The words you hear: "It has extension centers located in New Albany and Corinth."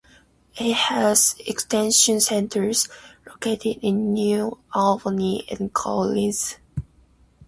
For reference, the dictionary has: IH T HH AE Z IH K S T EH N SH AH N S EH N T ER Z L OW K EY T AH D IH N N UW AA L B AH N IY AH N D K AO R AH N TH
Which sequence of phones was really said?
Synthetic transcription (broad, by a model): IH T HH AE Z IH K S T EH N SH AH N S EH N T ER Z L OW K EY T AH D IH N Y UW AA L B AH N IY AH N K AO L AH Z